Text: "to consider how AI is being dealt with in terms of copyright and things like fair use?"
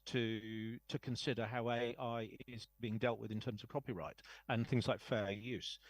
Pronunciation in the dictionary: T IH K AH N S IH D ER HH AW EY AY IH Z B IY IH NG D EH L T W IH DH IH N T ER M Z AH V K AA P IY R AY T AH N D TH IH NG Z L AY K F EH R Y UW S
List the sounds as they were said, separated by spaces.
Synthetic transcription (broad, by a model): T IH K AH N S IH D ER HH AW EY AY IH Z B IY IH NG D EH L T W IH DH IH N T ER M Z AH V K AA P IY R AY T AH N TH IH NG Z L AY K F EH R Y UW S